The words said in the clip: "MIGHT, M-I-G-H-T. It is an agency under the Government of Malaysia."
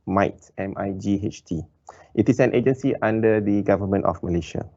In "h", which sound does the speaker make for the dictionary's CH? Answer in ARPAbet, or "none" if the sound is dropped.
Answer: CH